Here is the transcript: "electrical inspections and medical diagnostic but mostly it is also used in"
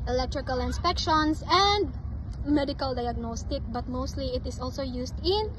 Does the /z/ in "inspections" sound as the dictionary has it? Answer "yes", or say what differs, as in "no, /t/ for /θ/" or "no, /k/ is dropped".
no, /s/ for /z/